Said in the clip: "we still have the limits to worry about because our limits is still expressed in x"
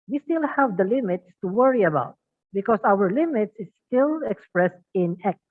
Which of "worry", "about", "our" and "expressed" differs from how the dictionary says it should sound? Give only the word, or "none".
none